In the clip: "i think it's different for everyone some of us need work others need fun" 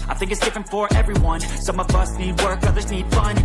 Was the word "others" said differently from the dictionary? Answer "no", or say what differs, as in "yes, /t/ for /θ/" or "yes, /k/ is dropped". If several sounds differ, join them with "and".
no